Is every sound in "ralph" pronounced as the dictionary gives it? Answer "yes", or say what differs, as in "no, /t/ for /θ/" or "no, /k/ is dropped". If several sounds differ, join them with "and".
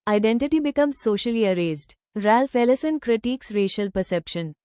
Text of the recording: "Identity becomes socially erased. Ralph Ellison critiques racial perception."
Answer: yes